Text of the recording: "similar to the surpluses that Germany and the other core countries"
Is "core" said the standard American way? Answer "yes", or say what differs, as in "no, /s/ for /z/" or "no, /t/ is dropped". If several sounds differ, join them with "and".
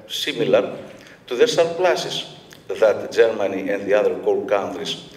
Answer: no, /l/ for /ɹ/